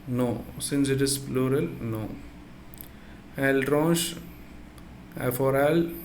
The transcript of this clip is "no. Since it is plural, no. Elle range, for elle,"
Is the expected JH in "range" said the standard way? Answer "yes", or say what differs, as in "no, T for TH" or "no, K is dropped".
no, SH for JH